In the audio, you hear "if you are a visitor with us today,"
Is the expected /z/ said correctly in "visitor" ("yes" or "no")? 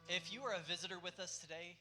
yes